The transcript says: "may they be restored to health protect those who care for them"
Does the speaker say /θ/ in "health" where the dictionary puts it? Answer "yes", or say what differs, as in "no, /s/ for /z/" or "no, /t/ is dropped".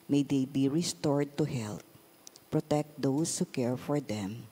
no, /t/ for /θ/